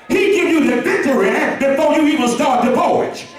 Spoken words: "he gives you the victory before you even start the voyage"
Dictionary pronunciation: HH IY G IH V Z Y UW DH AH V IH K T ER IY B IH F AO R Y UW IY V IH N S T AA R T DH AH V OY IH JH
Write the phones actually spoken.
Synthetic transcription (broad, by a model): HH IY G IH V Y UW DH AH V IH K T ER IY B IH F AO R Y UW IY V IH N S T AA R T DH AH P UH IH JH